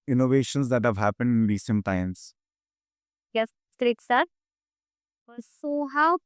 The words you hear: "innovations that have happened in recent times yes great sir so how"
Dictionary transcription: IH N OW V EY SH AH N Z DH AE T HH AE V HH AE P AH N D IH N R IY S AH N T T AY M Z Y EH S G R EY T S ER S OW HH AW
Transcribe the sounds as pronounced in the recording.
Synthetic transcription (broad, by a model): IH N OW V EY SH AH N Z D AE T HH AE V HH AE P AH N D IH N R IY S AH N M T AY M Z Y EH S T R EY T S ER S OW HH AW